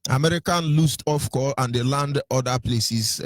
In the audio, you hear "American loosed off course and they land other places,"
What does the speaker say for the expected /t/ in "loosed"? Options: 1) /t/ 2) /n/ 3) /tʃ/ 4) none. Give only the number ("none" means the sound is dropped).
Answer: 1